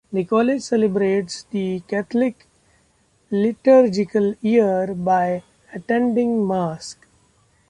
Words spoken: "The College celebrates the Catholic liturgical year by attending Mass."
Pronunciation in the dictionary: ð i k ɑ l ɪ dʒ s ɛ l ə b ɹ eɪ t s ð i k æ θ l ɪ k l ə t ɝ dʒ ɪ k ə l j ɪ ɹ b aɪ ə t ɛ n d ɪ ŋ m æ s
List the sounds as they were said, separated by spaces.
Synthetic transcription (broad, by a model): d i k ɑ l ɪ dʒ s ɛ l ə b ɹ eɪ t s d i k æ t l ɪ k l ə t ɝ dʒ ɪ k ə l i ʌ ɹ b aɪ ə t ɛ n d ɪ ŋ m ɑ s